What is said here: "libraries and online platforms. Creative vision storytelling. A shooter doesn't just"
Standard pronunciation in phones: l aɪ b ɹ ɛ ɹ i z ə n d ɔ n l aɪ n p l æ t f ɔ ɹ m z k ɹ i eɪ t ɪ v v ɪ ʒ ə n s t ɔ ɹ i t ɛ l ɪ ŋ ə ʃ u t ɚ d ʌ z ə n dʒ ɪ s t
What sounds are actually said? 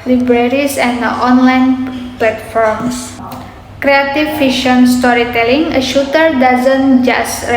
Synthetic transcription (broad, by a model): l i b ɹ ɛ ɹ i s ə n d ɔ n l aɪ n p l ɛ t f ɔ ɹ m s k ɹ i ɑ t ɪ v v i ʃ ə n s t ɔ ɹ i t ɛ l ɪ ŋ ə ʃ u t ɚ d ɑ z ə n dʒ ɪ s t